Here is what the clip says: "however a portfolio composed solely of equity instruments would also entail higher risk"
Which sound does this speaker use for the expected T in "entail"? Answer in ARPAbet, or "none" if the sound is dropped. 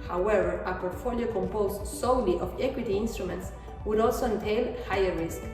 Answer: T